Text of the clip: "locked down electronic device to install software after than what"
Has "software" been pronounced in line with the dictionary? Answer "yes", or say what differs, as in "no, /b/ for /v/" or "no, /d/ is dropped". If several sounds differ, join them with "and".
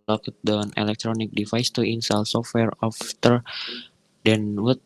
yes